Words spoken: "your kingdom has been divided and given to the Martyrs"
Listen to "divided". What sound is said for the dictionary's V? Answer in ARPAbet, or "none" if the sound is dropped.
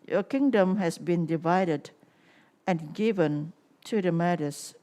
V